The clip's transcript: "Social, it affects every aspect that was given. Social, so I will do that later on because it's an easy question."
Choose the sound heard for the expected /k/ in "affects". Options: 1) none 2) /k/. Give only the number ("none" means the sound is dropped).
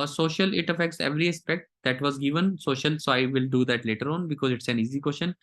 2